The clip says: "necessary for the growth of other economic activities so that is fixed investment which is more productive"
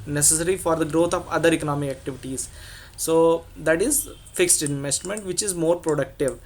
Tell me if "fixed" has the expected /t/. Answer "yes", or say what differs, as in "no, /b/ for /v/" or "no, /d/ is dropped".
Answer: yes